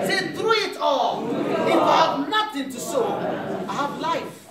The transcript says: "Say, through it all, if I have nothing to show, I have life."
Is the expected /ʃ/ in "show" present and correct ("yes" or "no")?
no